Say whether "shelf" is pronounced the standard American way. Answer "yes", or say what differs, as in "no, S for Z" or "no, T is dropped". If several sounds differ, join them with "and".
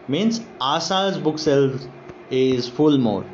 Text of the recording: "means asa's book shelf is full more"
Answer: no, S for SH